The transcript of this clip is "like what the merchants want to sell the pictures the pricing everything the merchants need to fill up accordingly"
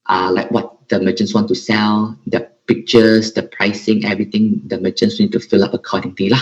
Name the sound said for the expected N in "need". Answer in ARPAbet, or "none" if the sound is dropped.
N